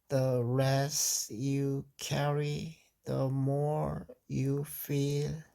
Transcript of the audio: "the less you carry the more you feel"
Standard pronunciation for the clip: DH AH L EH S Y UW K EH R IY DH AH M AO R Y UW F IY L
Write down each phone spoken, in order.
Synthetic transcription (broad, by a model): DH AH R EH S Y UW K EH R IY DH AH M AO R Y UW F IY L